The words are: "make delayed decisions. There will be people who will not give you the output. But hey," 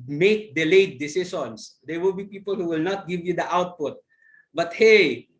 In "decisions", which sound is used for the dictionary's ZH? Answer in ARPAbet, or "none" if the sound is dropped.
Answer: S